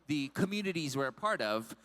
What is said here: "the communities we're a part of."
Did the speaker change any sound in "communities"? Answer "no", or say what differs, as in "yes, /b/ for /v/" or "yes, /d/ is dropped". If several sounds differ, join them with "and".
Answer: no